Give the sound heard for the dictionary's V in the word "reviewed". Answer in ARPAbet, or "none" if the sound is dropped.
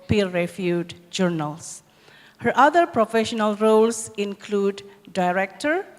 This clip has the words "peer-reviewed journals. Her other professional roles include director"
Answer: F